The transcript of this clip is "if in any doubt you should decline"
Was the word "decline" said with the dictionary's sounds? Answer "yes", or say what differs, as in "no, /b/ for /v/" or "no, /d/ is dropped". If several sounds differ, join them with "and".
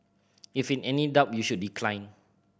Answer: yes